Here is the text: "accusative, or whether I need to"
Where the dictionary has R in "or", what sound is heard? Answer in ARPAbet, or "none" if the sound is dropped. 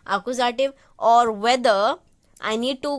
R